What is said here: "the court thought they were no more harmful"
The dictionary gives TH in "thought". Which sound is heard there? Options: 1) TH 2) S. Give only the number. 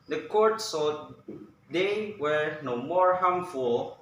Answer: 2